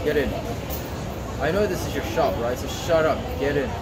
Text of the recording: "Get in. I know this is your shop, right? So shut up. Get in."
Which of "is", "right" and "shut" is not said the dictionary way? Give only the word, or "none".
none